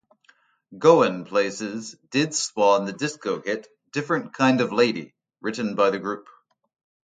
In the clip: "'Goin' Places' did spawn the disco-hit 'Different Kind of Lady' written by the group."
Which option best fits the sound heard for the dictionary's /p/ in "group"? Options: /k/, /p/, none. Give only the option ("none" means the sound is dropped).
/p/